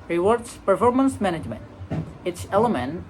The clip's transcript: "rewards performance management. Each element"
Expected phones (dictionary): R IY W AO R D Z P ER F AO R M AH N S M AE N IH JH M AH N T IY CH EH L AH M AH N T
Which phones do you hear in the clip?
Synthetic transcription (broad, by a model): R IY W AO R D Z P ER F AO R M AH N S M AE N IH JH M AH N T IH S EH L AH M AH N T